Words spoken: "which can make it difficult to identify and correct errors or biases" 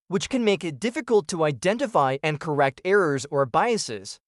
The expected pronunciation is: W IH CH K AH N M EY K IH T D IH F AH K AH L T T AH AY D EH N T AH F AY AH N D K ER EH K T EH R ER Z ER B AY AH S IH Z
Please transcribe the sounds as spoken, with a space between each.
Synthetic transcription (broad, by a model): W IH CH K AH N M EY K IH T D IH F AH K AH L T T AH AY D EH N T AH F AY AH N K ER EH K T EH R ER Z ER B AY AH S IH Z